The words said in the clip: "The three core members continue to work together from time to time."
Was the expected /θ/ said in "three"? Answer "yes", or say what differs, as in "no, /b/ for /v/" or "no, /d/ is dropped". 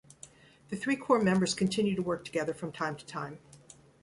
yes